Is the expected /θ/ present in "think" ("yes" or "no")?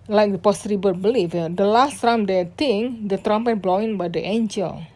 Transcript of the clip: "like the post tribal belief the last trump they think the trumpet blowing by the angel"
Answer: no